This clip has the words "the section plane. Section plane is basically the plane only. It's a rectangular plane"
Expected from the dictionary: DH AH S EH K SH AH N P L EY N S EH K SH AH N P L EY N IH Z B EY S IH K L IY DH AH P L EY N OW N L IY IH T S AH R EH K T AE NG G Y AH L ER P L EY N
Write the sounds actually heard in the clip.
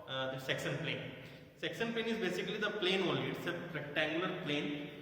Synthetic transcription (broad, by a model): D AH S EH K S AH N P L EY N S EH K S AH N P L EY N IH Z B EY S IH K L IY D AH P L EY N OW L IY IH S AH R EH K T AE NG G Y AH L ER P L EY N